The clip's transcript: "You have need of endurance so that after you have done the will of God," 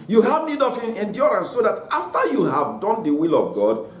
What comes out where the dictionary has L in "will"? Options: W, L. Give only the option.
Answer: L